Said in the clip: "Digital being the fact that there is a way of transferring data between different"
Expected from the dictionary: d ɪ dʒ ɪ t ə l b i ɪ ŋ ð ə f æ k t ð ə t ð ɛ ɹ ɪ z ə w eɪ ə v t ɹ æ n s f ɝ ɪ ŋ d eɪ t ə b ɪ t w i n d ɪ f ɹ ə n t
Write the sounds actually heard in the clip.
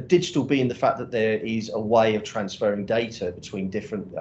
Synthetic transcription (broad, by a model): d ɪ dʒ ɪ t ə l b i ɪ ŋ ð ə f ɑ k ð ə t ð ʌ ɹ ɪ z ə w eɪ ə v t ɹ æ n s f ɝ ɪ ŋ d eɪ t ə b ɪ t w i n d ɪ f ɹ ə n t